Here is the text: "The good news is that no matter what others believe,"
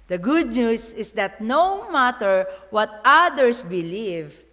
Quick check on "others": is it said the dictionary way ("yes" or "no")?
no